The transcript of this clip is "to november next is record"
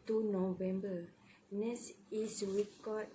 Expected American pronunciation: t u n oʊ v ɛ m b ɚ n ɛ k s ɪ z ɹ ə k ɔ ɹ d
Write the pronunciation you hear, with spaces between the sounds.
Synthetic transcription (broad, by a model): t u n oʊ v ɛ m b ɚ n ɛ s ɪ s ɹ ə k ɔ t